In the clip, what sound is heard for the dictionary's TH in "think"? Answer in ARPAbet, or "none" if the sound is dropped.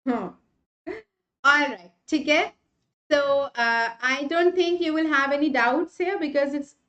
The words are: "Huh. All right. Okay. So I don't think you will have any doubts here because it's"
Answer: T